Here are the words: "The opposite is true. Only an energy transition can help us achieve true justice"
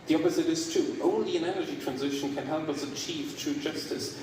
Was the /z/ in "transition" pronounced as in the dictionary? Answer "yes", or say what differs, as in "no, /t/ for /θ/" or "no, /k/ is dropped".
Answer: yes